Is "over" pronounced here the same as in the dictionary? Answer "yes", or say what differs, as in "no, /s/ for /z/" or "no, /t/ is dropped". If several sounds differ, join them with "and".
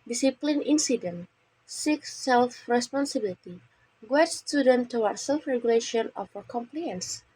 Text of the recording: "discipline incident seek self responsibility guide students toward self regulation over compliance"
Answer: no, /f/ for /v/